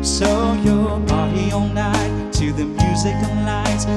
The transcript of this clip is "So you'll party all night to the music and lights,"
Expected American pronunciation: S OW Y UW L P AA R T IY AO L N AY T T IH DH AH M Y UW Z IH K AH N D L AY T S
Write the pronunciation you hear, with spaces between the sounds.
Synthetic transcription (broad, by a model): S OW Y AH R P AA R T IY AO N N AY T T IH DH AH M Y UW Z IH K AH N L AY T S